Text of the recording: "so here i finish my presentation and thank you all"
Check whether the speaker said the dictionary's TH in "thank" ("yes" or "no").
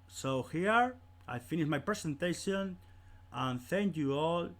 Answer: yes